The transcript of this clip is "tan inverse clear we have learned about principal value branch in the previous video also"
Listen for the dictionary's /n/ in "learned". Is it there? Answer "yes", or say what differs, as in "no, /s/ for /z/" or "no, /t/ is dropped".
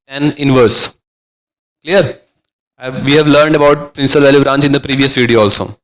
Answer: yes